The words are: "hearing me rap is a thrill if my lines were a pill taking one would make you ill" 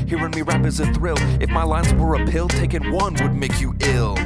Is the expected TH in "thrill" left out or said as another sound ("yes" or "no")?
no